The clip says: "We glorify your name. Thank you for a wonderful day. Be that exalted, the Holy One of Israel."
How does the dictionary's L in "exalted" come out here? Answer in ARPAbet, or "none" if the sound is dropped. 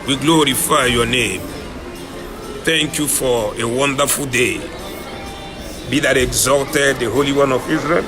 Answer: none